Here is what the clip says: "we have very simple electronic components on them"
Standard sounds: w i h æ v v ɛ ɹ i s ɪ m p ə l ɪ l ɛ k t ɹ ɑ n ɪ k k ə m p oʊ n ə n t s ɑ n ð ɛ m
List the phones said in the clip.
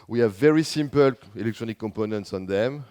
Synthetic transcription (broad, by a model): w i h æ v v ɛ ɹ i s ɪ m p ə l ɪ l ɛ k t ɹ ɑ n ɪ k k ə m p oʊ n ə n t s ɑ n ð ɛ m